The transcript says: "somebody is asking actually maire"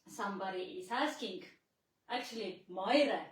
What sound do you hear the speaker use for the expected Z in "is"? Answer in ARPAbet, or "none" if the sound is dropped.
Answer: S